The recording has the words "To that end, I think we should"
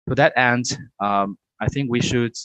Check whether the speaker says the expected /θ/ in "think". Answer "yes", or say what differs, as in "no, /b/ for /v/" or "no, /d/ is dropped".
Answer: yes